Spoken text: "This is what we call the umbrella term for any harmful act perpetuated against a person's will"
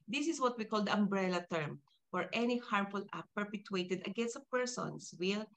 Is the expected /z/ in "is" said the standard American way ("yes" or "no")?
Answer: no